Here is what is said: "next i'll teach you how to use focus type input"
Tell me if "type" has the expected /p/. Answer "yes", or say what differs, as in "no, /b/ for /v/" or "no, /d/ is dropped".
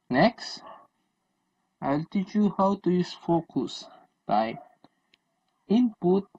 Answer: no, /p/ is dropped